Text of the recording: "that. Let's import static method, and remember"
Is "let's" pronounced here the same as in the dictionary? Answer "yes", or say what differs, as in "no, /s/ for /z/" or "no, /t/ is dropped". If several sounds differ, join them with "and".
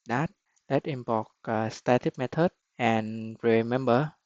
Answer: no, /s/ is dropped